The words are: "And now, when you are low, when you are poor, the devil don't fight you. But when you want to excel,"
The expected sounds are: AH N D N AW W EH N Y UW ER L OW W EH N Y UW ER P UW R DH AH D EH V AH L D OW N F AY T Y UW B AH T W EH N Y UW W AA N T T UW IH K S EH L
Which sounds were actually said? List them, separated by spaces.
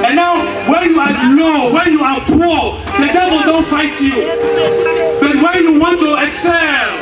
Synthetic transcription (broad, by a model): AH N N AW W EH N Y UW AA L OW W EH N Y UW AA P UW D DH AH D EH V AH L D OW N F AY T Y UW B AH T W EH N Y UW W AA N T T UW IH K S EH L